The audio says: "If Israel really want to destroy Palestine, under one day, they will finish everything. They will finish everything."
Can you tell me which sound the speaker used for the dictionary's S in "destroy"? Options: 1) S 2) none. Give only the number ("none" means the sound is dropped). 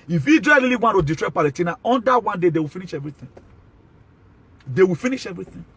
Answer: 2